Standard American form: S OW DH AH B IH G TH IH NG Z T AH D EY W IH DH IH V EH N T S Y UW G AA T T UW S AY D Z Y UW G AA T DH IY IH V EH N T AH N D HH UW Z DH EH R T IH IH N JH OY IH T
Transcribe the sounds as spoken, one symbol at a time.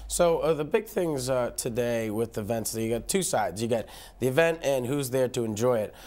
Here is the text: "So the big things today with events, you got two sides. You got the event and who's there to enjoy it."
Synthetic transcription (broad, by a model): S OW DH AH B IH G TH IH NG Z T AH D EY W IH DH IH V EH N T S Y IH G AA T T UW S AY D Z Y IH G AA T DH IY IH V EH N T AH N HH UW Z DH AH R T IH IH N JH OY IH T